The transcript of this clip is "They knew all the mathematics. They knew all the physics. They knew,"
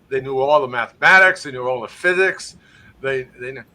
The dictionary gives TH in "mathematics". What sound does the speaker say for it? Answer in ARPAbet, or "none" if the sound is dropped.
TH